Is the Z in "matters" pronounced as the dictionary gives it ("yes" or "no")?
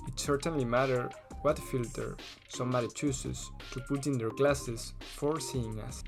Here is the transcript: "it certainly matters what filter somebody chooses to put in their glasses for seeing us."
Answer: no